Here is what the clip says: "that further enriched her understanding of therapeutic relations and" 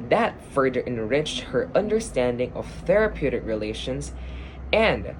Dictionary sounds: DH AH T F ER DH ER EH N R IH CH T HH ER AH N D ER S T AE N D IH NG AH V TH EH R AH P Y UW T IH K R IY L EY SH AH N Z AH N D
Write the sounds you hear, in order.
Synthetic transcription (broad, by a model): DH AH T F ER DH ER EH N R IH CH T HH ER AH N D ER S T AE N D IH NG AH V TH EH R AH P Y UW T IH K R IY L EY SH AH N Z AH N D